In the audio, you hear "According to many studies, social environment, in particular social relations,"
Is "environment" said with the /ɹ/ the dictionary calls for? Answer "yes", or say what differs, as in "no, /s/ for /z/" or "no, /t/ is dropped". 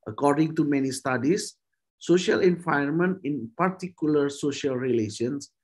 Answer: no, /ɹ/ is dropped